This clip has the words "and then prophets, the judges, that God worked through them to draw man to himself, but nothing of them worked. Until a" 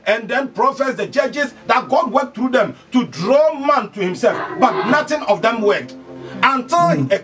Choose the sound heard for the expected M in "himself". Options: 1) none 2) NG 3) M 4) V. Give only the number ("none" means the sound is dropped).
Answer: 3